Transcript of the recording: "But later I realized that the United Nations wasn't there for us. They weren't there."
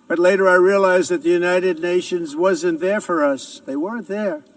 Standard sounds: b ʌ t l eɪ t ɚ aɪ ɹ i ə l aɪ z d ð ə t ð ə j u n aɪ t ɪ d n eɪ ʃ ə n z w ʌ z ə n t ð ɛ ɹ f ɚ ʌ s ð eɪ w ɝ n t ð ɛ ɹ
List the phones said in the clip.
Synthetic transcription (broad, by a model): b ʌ t l eɪ t ɚ aɪ ɹ i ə l aɪ z ð ə t ð ə j u n aɪ t ɪ d n eɪ ʃ ə n z w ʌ z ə n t ð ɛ ɹ f ɚ ʌ s ð eɪ w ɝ n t ð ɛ ɹ